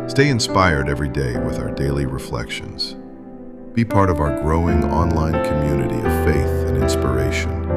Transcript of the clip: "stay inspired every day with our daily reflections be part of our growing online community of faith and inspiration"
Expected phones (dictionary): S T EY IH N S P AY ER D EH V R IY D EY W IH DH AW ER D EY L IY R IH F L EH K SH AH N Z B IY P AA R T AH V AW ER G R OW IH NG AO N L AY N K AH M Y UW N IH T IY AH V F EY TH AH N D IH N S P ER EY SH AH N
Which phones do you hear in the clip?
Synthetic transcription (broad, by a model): S T EY IH N S P AY ER D EH V R IY D EY W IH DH AW ER D EY L IY R IH F L EH K SH AH N Z B IY P AA R T AH V AW ER G R OW IH NG AO N L AY N K AH M Y UW N IH T IY AH V F EY TH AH N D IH N S P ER EY SH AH N